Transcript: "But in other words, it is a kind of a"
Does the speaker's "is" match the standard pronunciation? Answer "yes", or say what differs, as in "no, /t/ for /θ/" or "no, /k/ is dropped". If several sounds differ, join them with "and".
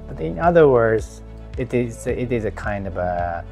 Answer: yes